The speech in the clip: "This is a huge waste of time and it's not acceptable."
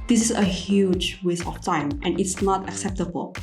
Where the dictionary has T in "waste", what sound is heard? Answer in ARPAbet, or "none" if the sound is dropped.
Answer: none